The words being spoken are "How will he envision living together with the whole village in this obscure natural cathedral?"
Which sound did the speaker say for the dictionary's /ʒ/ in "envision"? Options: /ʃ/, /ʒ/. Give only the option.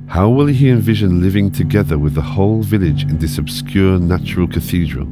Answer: /ʒ/